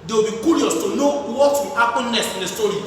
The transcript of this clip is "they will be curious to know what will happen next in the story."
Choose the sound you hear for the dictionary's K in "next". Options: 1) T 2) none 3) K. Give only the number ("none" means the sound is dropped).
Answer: 2